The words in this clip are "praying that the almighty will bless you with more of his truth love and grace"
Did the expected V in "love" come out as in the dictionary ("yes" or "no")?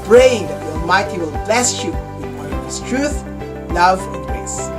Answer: yes